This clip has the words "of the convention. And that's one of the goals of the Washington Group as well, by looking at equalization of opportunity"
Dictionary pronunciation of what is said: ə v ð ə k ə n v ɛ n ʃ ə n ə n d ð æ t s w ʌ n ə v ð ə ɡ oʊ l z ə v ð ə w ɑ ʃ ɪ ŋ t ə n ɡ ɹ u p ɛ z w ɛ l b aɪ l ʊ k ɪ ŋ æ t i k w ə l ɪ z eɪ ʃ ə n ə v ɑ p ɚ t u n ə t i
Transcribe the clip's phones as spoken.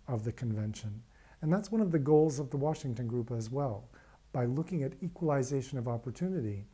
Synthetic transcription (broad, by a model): ə v ð ə k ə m v ɛ n ʃ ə n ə n ð æ t s w ʌ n ə v ð ə ɡ oʊ l z ə v ð ə w ɑ ʃ ɪ ŋ t ə n ɡ ɹ u p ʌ z w ɛ l b aɪ l ʊ k ɪ ŋ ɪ t i k w ə l ɪ z eɪ ʃ ə n ə v ɑ p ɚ t u n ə t i